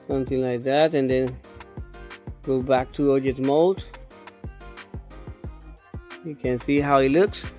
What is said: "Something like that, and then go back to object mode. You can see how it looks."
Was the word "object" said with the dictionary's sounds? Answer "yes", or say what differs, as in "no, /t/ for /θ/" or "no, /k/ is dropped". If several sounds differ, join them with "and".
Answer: no, /b/ is dropped and /k/ is dropped